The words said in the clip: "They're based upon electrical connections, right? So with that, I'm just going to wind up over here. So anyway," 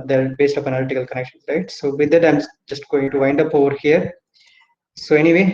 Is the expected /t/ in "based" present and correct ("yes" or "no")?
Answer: yes